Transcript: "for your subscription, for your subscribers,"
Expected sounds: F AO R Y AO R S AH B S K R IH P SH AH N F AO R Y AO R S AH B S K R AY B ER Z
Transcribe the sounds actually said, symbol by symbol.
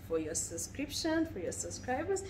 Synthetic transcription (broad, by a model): F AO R Y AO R S AH B S K R IH P SH AH N F AO R Y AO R S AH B S K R AY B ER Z